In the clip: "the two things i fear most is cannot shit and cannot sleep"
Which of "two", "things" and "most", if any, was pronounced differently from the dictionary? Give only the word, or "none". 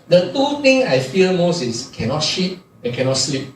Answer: things